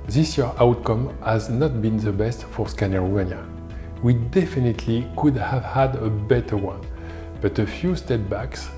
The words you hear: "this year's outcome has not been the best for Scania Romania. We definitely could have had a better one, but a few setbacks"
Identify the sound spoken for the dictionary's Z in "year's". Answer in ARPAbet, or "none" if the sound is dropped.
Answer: none